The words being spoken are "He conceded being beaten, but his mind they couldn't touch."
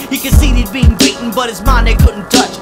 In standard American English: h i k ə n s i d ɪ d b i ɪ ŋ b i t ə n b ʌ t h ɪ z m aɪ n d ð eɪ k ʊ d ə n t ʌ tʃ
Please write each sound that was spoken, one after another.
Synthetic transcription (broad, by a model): h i k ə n s i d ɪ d b i ɪ ŋ b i t n b ʌ t h ɪ z m aɪ n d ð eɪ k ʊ d n t ʌ tʃ